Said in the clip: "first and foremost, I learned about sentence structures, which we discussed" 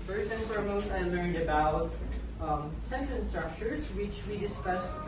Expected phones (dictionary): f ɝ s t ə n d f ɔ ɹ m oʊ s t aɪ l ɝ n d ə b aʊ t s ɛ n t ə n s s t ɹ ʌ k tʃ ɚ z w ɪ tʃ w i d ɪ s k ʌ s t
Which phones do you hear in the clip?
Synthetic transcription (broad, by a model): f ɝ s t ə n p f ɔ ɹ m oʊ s aɪ l ɝ n d ə b aʊ t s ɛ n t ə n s s t ɹ ʌ k tʃ ɚ z w ɪ tʃ w i d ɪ s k ʌ s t